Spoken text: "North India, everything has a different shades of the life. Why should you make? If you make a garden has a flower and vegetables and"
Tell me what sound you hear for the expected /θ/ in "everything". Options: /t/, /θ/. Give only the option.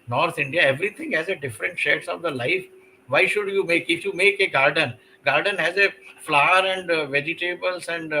/t/